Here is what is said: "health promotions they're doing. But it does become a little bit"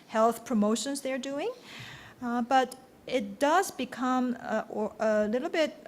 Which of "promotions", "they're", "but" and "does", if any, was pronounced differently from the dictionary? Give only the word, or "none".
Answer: none